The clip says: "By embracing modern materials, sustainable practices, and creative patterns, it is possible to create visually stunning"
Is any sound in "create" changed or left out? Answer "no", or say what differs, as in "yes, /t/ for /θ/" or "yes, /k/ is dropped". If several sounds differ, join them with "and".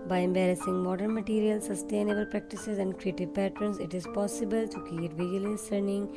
yes, /ɹ/ is dropped